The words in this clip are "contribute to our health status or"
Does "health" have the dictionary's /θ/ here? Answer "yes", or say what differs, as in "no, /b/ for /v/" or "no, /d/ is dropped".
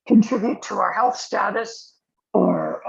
yes